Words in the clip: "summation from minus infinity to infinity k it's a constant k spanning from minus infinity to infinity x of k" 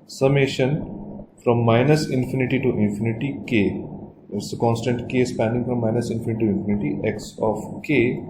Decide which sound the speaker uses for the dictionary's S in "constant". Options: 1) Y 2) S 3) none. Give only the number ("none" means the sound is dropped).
2